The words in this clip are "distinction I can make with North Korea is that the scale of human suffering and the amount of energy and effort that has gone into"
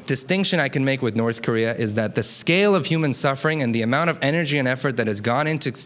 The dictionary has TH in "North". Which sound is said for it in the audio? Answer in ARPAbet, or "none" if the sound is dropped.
TH